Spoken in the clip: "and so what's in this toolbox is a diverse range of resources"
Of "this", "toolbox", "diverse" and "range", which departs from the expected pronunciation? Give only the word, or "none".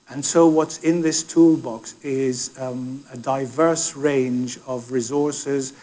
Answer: none